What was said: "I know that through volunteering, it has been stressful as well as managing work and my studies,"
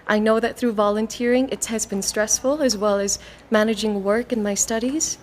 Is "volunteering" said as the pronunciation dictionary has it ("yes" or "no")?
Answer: yes